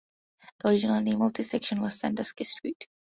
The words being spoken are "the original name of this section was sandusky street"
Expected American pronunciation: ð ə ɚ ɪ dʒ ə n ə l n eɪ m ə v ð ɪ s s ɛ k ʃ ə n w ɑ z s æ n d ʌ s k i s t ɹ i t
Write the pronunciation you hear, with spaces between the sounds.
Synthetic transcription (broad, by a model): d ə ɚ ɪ dʒ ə n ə l n eɪ m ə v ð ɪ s s ɛ k ʃ ə n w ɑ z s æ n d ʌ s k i s t ɹ i t